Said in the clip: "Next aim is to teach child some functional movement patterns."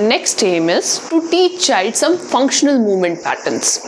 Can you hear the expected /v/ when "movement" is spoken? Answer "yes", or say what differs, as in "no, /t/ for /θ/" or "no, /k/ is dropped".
yes